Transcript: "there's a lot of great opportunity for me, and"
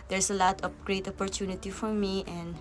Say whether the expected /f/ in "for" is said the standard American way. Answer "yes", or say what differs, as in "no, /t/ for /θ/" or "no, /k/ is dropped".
yes